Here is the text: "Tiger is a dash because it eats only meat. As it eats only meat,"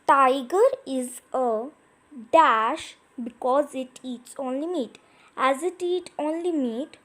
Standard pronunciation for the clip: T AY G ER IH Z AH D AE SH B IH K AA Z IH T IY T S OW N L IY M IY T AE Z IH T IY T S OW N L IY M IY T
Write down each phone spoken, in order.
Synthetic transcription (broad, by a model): T AY G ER IH Z AH D AE SH B IH K AA Z IH T IY T S OW N L IY M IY T AE Z IH T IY T OW N L IY M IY T